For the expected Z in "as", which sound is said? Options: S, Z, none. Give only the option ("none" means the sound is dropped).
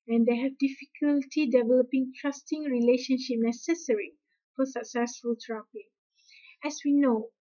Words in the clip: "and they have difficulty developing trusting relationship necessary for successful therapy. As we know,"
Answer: S